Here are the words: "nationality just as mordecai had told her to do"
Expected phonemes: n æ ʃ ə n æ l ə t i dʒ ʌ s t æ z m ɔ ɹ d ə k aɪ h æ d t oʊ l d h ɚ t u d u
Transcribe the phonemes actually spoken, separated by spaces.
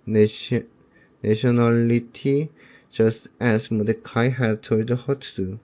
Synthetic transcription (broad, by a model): n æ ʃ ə n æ l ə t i dʒ ʌ s t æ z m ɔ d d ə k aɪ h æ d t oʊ d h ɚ t u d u